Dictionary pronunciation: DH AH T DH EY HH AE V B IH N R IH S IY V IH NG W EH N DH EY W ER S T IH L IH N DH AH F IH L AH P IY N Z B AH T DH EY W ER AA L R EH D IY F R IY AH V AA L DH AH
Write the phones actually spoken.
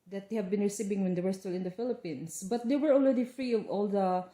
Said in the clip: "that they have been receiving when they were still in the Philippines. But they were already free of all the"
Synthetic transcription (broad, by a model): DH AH T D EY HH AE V B IH N R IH S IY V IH NG W EH N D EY W ER S T IH L IH N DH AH F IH L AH P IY N S B AH T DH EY W ER AA L R EH D IY F R IY AH V AA L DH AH